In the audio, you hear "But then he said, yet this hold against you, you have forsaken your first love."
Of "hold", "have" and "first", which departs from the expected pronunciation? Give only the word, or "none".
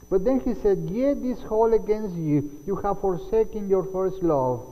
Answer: hold